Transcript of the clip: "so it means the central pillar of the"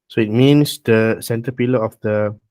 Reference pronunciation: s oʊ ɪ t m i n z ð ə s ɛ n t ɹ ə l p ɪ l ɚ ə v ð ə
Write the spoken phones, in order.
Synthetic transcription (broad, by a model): s oʊ ɪ t m i n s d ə s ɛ n t ə p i l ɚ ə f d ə